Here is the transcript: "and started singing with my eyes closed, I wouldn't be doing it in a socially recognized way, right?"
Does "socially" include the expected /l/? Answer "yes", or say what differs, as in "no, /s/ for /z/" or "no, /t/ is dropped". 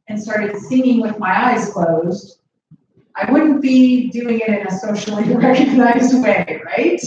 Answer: no, /n/ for /l/